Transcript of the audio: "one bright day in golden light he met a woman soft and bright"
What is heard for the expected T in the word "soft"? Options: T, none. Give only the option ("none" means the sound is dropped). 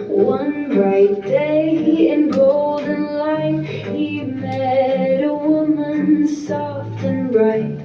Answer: T